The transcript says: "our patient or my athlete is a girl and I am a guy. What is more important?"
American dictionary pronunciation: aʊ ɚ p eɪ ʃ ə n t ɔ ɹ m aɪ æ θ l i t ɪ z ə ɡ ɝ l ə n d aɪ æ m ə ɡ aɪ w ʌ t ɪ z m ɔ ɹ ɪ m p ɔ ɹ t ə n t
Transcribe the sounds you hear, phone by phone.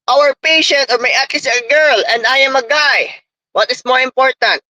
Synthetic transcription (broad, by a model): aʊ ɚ p eɪ ʃ ə n t ɔ ɹ m aɪ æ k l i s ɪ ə ɡ ɝ l ə n d aɪ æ m ə ɡ aɪ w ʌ t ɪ s m ɔ ɹ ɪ m p ɔ ɹ t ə n t